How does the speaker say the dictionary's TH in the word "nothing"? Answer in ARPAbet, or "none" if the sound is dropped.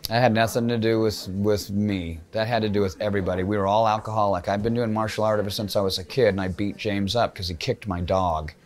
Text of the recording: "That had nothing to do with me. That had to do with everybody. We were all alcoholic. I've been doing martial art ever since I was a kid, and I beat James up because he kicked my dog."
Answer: TH